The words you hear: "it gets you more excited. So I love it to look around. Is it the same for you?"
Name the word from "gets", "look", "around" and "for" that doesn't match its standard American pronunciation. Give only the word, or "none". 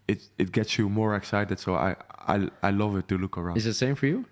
around